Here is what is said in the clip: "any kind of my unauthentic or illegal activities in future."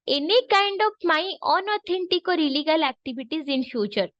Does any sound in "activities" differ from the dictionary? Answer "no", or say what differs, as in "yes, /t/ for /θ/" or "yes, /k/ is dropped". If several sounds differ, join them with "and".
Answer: yes, /b/ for /v/